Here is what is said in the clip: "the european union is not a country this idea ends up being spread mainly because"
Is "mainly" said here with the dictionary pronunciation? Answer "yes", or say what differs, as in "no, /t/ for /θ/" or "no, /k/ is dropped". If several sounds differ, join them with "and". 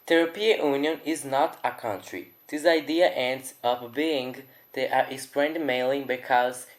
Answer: no, /n/ is dropped